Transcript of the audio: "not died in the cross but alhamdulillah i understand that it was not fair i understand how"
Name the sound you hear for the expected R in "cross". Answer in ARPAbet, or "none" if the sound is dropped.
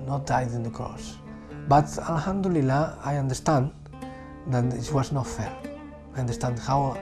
none